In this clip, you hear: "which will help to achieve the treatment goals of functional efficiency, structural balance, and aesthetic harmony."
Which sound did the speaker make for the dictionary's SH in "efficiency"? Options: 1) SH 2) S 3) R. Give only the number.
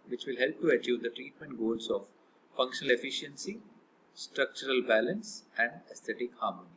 1